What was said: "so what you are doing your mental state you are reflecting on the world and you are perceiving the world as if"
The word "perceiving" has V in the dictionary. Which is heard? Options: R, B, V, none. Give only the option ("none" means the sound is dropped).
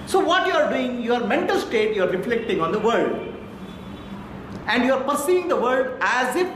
none